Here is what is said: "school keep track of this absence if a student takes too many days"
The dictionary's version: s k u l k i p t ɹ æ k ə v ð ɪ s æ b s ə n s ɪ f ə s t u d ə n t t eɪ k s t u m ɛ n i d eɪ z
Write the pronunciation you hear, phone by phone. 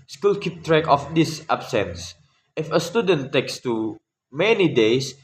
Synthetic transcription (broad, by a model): s k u l k i p t ɹ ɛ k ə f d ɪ s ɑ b s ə n s ɪ f ə s t u d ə n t t eɪ k s t u m ɛ n i d eɪ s